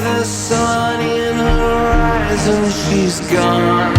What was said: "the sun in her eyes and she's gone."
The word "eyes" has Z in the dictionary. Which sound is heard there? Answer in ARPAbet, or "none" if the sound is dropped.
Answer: Z